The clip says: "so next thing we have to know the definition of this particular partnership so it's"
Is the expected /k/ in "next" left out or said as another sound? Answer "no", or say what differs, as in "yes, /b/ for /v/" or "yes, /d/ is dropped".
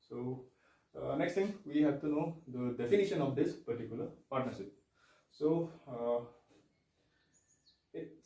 no